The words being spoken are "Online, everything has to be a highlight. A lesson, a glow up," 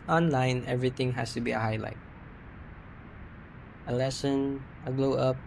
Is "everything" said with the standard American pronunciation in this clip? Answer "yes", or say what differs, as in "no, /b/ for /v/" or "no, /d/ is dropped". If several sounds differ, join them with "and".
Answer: no, /t/ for /θ/